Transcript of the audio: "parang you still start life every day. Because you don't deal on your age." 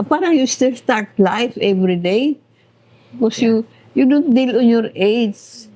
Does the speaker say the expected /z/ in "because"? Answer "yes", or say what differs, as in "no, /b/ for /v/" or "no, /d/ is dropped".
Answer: no, /z/ is dropped